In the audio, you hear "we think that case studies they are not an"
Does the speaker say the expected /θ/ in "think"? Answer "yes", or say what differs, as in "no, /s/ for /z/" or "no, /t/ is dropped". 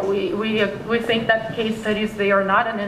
yes